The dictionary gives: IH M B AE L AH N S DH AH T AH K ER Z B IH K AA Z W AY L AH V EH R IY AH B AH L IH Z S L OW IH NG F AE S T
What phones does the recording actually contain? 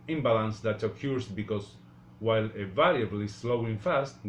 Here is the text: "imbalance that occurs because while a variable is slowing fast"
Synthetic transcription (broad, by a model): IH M B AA L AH N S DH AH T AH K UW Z B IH K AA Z W AY L AH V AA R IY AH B L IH S L OW IH NG F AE S T